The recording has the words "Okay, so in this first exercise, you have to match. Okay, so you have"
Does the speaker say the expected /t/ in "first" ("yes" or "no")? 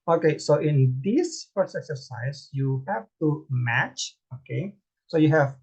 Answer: no